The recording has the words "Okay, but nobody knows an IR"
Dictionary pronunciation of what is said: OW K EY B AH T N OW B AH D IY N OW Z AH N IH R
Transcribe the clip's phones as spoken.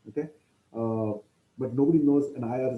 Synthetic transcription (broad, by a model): OW K EY B AH T N OW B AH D IY N OW Z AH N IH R